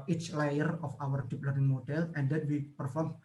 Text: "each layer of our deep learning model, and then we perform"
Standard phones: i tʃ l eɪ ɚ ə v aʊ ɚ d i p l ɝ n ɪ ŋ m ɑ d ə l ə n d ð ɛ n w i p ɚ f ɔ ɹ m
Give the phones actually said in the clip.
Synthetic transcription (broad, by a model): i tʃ l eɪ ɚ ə f aʊ ɚ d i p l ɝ ɪ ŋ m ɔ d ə l ə n d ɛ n w i p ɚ f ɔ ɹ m